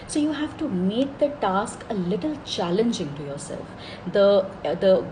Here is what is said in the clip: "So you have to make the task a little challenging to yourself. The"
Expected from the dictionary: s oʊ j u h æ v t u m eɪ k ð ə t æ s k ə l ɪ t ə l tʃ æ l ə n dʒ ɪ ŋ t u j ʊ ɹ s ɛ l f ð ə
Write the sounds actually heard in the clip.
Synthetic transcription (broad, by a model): s oʊ j u h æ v t u m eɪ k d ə t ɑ s k ə l ɪ t ə l tʃ æ l ə n dʒ ɪ ŋ t u j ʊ ɹ s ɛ l f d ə